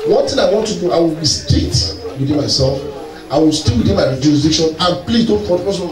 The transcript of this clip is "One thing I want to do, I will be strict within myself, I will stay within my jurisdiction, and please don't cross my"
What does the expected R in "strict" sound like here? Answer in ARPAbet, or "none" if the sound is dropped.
none